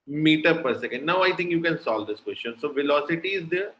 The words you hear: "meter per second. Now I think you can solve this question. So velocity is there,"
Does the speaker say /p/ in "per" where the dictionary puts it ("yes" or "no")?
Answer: yes